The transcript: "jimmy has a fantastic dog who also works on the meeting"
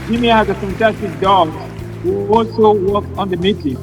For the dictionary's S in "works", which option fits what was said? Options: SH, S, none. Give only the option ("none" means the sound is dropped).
none